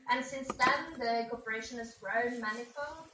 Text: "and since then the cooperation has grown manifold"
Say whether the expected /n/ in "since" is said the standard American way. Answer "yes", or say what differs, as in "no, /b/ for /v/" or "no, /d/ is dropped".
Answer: yes